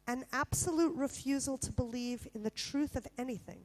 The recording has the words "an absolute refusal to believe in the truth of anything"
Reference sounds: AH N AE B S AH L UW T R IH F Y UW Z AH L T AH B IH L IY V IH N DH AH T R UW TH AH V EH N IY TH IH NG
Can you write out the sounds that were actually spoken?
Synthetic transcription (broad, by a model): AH N AE B S AH L UW T R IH F Y UW Z L T AH B IH L IY V IH N DH AH T R UW TH AH V EH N IY TH IH NG